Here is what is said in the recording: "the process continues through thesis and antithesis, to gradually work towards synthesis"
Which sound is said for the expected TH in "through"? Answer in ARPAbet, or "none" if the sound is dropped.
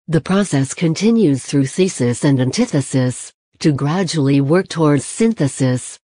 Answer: TH